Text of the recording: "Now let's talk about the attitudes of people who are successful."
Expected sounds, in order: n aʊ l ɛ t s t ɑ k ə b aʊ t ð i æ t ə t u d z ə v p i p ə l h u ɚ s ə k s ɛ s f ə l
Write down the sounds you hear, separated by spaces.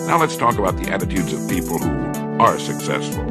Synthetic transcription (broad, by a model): n aʊ l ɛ t s t ɑ k ə b aʊ t ð i æ t ə t u d z ə v p i p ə l h u ɚ s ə k s ɛ s f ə l